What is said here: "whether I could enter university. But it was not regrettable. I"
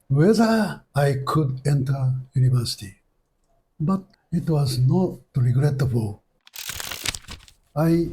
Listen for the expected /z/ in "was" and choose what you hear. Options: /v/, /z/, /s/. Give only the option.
/z/